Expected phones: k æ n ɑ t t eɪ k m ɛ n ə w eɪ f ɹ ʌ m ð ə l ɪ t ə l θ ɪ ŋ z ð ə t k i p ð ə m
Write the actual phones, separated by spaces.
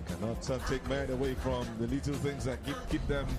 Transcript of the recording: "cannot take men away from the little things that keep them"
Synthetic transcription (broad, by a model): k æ n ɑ t t eɪ k m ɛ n ə w eɪ f ɹ ʌ m ð ə l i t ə l θ ɪ ŋ z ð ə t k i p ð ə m